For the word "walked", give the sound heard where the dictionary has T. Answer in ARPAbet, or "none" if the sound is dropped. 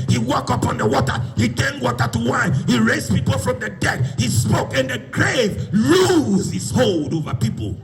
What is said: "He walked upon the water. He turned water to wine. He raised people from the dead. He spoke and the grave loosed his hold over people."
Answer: none